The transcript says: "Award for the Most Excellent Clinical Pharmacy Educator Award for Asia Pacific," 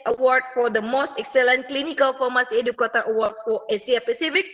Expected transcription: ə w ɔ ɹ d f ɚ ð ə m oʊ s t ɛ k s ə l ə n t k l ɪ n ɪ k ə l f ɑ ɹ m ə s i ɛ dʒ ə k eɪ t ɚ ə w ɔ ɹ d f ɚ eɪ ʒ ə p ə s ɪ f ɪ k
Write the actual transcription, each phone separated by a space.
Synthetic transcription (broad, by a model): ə w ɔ ɹ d f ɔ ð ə m oʊ s t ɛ k s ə l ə n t k l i n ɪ k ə l f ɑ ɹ m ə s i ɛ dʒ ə k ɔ t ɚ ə w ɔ ɹ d f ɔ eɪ s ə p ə s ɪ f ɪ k